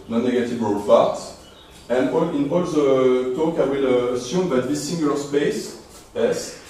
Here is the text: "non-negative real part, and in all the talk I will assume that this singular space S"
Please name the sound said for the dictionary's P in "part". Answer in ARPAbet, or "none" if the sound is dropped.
F